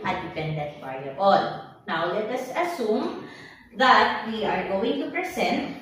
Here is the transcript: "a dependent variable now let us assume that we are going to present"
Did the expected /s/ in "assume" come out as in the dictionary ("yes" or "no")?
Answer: yes